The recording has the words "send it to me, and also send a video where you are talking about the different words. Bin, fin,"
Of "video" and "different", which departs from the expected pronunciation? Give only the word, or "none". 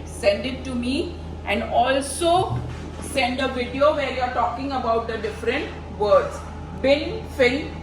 none